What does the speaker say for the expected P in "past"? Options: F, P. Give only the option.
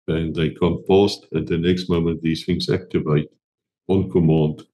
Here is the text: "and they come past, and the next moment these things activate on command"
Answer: F